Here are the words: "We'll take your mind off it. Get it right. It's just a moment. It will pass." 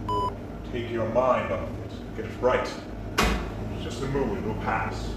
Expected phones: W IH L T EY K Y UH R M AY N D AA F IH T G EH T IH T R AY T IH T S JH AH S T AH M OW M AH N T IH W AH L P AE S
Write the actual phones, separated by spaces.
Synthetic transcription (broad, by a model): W T EY K Y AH R M AY N D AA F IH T G EH T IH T R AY IH T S JH AH S T AH M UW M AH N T W AH L P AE S